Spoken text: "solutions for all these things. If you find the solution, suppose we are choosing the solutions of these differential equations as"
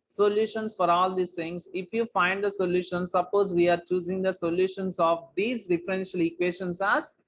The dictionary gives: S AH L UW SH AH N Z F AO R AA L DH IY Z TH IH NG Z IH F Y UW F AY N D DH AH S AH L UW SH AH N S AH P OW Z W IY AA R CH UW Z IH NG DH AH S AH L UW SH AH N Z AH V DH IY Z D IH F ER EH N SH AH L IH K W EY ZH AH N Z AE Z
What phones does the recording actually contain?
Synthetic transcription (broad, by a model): S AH L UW SH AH N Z F AO R AA L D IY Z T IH NG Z IH F Y UW F AY N D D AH S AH L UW SH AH N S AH P OW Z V IY AA R CH UW Z IH NG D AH S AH L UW SH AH N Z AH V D IY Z D IH F ER EH N SH AH L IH K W EY SH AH N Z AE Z